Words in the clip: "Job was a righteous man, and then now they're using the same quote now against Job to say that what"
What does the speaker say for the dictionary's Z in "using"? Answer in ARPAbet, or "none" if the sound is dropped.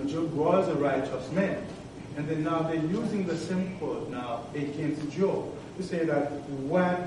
Z